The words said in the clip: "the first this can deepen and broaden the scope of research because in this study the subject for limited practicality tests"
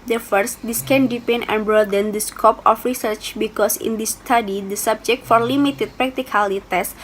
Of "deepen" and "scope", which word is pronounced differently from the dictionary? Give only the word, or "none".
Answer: none